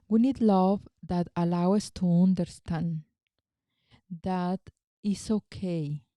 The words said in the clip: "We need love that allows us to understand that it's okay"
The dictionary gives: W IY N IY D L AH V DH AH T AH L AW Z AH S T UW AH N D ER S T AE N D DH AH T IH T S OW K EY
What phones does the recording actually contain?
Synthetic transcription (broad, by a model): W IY N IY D L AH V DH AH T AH L AW AH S T UW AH N D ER S T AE N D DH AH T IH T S OW K EY